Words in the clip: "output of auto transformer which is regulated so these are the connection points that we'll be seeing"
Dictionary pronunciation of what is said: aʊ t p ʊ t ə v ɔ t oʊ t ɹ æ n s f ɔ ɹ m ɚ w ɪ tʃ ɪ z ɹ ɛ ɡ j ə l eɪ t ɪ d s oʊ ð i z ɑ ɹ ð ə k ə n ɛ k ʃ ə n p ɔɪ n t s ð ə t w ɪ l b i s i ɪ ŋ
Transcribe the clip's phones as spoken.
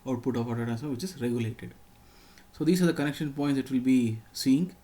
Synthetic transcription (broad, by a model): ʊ t p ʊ t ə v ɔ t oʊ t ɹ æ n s ɔ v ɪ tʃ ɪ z ɹ ɛ ɡ j ə l eɪ t ɪ d s oʊ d i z ɑ ɹ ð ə k ə n ɛ k ʃ ə n p ɔɪ n t s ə t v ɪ l b i s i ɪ ŋ